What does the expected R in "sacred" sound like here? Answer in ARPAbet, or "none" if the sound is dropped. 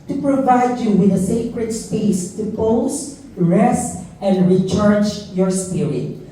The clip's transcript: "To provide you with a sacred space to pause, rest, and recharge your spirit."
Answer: R